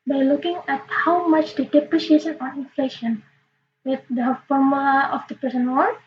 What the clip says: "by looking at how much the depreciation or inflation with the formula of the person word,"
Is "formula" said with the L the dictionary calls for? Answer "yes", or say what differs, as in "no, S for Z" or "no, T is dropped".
no, L is dropped